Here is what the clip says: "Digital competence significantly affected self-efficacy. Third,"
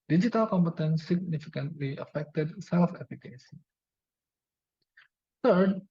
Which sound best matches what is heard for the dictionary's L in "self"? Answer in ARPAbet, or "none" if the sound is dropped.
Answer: L